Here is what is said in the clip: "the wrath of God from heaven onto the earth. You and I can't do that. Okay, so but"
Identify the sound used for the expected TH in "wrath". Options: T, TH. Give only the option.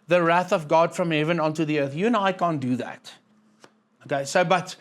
TH